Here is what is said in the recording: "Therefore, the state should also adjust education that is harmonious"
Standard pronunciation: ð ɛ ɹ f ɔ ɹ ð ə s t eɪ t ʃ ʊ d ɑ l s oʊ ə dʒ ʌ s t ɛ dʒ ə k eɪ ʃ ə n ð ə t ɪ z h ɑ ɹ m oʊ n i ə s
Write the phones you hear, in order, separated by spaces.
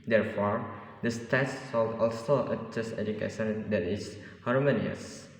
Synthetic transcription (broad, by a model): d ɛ ɹ f ɔ ɹ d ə s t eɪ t s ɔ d ɑ l s oʊ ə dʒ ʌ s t ɛ dʒ ə k eɪ ʃ ə n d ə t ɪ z h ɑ ɹ m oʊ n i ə s